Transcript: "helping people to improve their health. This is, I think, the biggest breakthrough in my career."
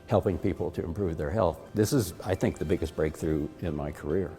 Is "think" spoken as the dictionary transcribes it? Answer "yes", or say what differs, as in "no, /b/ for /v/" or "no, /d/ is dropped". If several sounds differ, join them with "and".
yes